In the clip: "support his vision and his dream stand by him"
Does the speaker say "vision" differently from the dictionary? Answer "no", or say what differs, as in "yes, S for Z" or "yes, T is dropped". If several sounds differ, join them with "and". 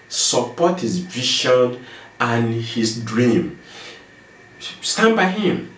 yes, SH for ZH